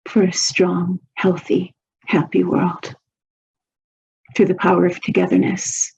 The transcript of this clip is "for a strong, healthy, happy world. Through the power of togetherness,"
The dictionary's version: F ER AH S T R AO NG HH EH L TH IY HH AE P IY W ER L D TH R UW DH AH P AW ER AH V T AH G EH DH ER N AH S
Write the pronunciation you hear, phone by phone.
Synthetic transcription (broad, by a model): F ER AH S T R AO NG HH EH L TH IY HH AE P IY W ER L D TH R UW DH AH P AW ER AH V T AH G EH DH ER N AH S